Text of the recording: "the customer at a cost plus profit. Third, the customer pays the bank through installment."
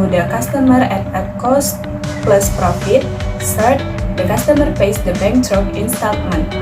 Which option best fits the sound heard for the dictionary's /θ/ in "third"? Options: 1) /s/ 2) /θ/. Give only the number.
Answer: 1